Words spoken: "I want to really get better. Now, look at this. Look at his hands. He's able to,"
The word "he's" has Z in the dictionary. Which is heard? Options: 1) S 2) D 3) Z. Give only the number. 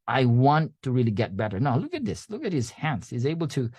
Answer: 3